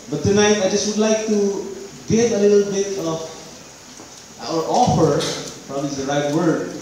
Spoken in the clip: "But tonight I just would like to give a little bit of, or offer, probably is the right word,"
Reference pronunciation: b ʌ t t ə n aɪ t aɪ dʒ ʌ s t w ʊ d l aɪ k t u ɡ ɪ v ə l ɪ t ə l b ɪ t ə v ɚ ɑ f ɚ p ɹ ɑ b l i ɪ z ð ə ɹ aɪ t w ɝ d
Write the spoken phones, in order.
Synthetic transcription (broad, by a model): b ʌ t t ə n aɪ t aɪ dʒ ʌ s t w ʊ d l aɪ k t u ɡ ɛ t ə l ɪ t ə l b ɪ t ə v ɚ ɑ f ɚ f ɹ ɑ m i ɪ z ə ɹ aɪ t w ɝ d